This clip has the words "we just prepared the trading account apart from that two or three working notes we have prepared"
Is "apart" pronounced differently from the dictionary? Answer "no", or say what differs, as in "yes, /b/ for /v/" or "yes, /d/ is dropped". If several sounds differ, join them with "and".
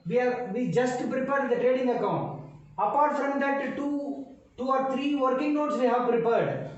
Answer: no